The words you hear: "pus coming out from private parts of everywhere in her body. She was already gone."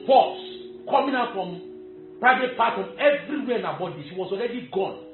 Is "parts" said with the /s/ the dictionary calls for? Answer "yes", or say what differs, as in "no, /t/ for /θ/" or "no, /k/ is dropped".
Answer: no, /s/ is dropped